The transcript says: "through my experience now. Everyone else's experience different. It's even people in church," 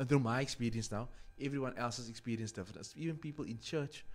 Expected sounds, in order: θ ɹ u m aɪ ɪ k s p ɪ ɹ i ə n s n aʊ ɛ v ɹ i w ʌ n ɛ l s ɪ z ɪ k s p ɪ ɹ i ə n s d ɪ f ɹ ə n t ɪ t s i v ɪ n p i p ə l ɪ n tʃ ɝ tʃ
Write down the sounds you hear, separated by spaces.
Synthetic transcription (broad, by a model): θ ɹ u m aɪ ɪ k s p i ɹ i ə n s n aʊ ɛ v ɹ i w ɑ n ɛ l s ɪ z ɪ k s p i ɹ i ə n s d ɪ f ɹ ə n ɪ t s i v ɪ n p i p ə l ɪ n tʃ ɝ tʃ